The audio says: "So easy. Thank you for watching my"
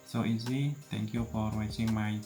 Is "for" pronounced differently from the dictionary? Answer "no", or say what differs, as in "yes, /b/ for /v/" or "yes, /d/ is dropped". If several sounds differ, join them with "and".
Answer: yes, /p/ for /f/